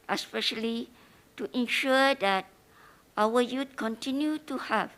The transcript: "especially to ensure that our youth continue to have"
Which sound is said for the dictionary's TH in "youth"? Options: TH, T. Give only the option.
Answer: T